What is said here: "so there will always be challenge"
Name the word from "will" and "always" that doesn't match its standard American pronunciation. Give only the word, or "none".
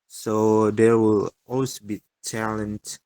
always